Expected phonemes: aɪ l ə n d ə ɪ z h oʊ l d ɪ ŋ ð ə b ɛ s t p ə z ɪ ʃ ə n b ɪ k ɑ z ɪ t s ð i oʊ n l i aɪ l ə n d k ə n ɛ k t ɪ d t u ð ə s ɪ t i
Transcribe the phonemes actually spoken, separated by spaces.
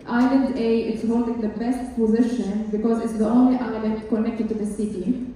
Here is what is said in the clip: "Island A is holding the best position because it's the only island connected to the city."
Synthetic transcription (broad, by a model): aɪ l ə n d ə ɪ s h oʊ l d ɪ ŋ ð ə b ɛ s t p ə z ɪ ʃ ə n b ɪ k ɑ z ɪ t s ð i oʊ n l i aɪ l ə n k ə n ɛ k t ɪ d t u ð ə s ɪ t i